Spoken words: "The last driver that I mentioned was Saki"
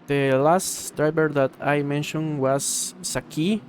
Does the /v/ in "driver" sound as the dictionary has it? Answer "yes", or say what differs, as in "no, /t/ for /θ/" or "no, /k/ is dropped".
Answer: no, /b/ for /v/